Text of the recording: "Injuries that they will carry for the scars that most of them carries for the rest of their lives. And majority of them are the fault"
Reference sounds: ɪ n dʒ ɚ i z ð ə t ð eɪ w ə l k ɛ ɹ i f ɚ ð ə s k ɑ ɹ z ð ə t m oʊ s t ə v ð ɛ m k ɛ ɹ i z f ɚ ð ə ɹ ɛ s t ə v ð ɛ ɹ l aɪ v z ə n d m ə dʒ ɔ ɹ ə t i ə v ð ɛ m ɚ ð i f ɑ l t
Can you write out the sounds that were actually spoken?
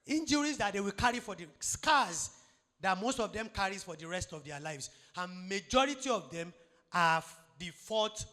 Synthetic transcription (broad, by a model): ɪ n dʒ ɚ i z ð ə t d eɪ w ə l k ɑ ɹ i f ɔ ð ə s k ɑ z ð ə t m oʊ s t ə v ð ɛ m k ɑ ɹ i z f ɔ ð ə ɹ ɛ s t ə v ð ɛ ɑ l aɪ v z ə n m ə dʒ ɔ ɹ ə t i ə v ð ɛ m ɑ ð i f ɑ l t